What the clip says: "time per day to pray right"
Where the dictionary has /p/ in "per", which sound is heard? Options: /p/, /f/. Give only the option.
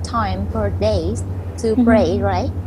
/f/